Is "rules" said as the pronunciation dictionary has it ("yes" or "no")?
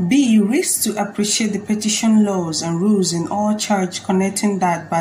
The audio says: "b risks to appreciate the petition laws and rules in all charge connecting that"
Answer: yes